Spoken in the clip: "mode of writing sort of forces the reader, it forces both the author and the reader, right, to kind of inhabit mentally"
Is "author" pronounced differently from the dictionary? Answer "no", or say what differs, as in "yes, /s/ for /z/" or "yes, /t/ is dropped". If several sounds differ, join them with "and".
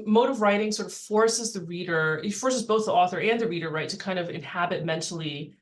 no